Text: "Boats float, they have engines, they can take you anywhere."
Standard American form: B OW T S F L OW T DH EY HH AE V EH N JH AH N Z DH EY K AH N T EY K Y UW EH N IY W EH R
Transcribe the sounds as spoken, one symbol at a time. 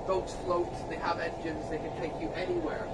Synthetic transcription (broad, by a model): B OW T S F L OW T DH EY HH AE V EH N JH AH N Z DH EY K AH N T EY K Y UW EH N IY W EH R